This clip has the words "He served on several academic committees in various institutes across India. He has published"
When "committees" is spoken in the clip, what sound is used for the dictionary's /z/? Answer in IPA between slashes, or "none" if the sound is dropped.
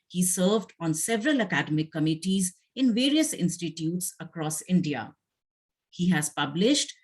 /z/